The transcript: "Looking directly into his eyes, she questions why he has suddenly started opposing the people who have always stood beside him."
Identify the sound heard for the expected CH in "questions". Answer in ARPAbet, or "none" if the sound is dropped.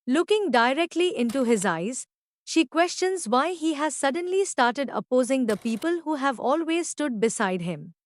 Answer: CH